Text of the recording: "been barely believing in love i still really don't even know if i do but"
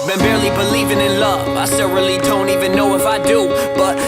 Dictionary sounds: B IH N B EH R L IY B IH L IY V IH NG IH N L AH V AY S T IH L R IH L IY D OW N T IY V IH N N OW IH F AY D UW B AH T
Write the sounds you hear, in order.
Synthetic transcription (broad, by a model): B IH N B EH R L IY B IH L IY V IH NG IH N L AH V AY S T IH L R IH L IY D OW N T IY V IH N N OW IH F AY D UW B AH T